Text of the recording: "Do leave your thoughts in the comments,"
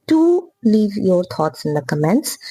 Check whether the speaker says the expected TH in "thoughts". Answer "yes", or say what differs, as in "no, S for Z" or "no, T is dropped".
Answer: no, T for TH